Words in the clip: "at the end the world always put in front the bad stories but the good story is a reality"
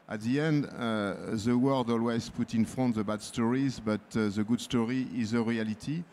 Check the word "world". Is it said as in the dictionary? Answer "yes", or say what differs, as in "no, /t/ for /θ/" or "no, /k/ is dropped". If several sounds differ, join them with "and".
yes